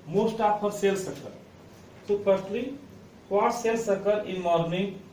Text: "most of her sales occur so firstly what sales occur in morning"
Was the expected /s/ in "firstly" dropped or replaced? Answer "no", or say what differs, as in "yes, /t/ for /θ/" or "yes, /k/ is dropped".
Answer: yes, /s/ is dropped